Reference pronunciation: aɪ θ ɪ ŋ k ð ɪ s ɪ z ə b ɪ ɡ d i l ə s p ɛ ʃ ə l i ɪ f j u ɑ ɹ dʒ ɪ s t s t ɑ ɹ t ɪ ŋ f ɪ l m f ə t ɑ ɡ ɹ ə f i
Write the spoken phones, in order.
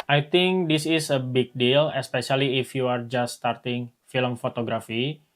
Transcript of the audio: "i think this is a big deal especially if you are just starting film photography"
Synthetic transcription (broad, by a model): aɪ t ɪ ŋ k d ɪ s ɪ s ə b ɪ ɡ d i l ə s p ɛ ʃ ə l i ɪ f j u ɑ ɹ dʒ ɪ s s t ɑ ɹ t ɪ ŋ f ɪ l m f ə t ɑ ɡ ɹ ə f i